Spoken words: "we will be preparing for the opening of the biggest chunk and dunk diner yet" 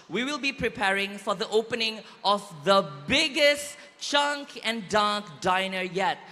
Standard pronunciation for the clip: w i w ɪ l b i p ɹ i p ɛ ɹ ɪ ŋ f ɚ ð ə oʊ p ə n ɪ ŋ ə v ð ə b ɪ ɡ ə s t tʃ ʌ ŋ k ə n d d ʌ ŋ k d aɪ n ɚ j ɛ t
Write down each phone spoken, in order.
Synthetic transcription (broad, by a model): w i w ɪ l b i p ɹ i p ɛ ɹ ɪ ŋ f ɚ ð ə oʊ p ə n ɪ ŋ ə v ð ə b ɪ ɡ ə s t tʃ ʌ ŋ k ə n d d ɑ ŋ k d aɪ n ɚ j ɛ t